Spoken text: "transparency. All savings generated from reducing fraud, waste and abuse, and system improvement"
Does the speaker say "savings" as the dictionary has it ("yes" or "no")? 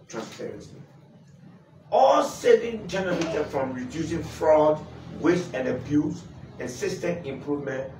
no